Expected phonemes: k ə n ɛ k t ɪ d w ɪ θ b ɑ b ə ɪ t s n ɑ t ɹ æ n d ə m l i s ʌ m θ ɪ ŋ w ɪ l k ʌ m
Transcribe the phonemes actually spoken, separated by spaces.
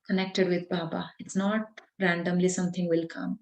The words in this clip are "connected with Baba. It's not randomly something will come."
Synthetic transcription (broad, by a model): k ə n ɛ k t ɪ d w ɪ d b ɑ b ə ɪ t s n ɑ t ɹ æ n d ə m l i s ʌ m t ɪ ŋ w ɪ l k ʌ m